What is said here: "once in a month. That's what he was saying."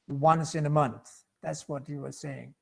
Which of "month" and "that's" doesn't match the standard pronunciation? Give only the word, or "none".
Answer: none